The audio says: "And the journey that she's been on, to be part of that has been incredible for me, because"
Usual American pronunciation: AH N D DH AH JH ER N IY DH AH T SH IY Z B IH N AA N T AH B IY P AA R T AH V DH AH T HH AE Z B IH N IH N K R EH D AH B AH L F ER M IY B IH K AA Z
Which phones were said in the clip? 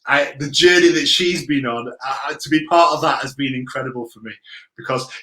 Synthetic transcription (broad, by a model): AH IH DH AH JH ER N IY DH AH T SH IY Z B IH N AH N T AH B IY P AA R T AH V DH AH T HH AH Z B IH N IH N K R EH D AH B AH L F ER M IY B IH K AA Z